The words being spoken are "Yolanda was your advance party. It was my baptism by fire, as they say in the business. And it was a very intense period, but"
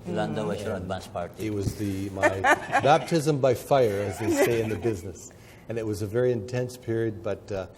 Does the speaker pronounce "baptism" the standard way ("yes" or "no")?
yes